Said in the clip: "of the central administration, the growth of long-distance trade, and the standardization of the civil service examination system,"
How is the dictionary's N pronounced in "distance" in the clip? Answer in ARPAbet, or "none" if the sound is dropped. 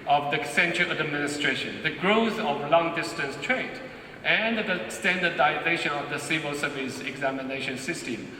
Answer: N